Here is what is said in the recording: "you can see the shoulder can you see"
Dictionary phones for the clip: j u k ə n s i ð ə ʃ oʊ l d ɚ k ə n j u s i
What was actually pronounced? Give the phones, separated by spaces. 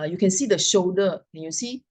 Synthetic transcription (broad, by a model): j u k ə n s i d ə ʃ oʊ d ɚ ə n j u s i